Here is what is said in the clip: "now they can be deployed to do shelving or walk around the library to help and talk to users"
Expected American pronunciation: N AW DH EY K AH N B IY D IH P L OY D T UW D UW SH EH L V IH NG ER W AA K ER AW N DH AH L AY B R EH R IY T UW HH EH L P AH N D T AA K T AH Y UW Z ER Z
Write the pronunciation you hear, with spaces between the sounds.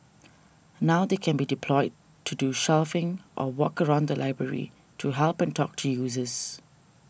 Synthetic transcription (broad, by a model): N AW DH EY K AH N B IY D IH P L OY D T UW D UW SH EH L F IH NG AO W AA K ER AW N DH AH L AY B R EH R IY T UW HH EH L P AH N T AA K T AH Y UW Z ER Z